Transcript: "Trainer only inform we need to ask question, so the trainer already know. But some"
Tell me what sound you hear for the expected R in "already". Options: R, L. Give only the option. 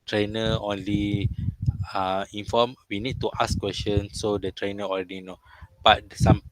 L